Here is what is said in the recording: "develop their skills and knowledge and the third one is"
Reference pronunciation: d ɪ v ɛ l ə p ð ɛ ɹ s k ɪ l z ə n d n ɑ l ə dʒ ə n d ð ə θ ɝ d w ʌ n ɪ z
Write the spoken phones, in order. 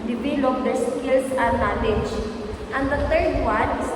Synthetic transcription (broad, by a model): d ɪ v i l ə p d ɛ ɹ s k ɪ l s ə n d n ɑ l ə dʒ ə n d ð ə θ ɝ d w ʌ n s